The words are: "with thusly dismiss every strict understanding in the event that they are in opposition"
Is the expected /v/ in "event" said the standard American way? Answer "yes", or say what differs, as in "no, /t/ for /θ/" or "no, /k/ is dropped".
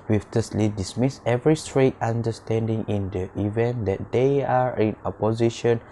yes